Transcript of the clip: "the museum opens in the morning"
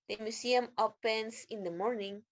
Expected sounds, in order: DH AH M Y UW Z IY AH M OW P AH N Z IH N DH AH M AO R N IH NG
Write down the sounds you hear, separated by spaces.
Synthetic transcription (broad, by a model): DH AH M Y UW S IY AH M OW P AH N S IH N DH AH M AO R N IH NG